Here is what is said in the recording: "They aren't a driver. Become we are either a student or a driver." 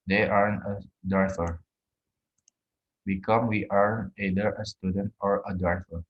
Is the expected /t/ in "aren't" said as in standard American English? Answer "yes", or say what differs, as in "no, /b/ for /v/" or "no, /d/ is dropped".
no, /t/ is dropped